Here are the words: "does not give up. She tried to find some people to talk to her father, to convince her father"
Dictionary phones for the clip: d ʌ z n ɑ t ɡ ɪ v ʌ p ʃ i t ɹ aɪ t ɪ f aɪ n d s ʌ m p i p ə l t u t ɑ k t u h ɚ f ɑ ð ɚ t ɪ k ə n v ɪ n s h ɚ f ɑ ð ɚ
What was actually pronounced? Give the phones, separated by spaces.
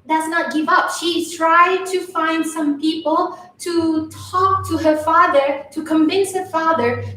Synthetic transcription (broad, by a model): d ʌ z n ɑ t ɡ ɪ v ʌ p ʃ i t ɹ aɪ t ɪ f aɪ n d s ʌ m p i p ə l t u t ɑ k t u h ɚ f ɑ ð ɚ t ɪ k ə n v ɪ n s h ɚ f ɑ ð ɚ